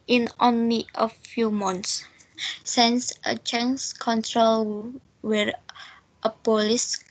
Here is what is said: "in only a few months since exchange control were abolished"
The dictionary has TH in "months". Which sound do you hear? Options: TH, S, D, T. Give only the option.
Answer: T